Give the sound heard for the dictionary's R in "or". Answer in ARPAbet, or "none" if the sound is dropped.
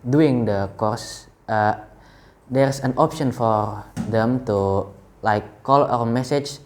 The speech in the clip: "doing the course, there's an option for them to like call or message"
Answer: W